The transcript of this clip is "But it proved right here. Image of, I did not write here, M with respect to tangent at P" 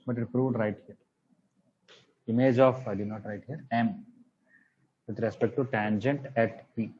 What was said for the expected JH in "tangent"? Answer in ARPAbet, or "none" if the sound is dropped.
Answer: JH